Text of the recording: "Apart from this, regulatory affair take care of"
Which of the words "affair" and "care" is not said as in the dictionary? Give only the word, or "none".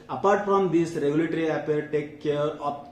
affair